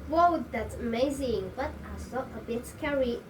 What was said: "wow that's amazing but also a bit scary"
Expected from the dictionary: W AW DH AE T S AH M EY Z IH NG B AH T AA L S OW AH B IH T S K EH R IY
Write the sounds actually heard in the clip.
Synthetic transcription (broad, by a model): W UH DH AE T AH M EY Z IH NG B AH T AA S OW AH B IH T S K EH R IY